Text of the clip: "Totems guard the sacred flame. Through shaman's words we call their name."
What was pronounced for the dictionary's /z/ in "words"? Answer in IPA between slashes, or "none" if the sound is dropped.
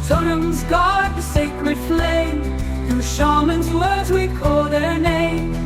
/z/